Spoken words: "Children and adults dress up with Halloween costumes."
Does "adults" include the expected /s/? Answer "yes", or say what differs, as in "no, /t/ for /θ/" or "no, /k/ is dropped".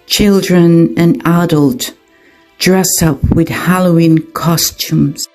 no, /s/ is dropped